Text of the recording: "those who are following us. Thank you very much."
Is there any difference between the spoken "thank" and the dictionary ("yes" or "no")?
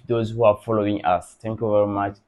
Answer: yes